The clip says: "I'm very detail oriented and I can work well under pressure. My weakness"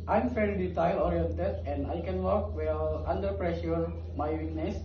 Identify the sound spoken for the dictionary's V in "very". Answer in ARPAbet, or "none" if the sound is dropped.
F